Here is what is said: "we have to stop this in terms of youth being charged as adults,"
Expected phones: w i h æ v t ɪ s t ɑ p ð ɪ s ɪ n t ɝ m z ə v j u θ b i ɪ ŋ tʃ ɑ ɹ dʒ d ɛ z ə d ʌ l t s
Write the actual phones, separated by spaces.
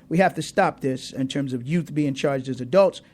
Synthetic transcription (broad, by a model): w i h æ f t ɪ s t ɑ p ð ɪ s ɪ n t ɝ m z ə v j u θ b i ɪ ŋ tʃ ɑ ɹ dʒ d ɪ z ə d ʌ l t s